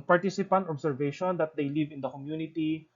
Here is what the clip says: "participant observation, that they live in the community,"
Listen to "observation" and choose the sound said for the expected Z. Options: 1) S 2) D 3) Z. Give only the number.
1